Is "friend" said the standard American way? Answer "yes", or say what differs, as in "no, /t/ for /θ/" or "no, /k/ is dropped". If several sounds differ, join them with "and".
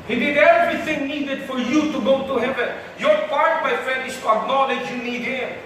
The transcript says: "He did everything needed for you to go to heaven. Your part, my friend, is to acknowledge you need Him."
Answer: no, /ɹ/ is dropped